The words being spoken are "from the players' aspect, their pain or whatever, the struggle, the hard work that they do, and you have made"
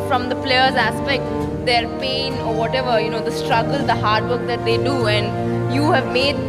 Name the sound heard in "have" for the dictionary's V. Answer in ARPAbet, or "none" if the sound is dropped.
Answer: V